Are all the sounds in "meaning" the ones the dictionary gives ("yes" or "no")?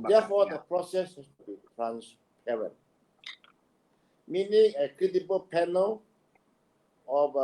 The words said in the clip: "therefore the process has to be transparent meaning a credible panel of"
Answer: yes